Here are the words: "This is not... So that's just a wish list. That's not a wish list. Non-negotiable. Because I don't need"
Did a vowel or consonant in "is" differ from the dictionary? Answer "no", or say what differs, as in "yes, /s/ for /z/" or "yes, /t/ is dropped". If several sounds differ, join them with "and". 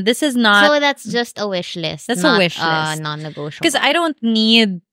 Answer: no